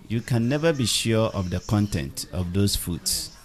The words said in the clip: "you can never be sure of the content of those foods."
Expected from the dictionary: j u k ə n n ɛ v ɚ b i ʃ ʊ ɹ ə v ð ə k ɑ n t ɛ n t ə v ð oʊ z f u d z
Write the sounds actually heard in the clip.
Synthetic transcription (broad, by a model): j u k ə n n ɛ v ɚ b i ʃ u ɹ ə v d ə k ɑ n t ɛ n t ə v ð oʊ s f u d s